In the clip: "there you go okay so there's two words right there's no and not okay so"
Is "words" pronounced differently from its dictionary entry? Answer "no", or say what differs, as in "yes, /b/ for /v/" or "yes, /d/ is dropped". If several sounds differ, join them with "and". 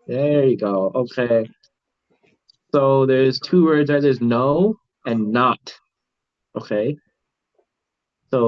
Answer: no